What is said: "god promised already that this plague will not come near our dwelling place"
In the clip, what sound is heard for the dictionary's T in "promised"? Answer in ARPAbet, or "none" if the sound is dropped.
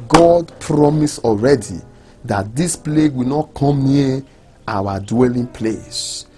none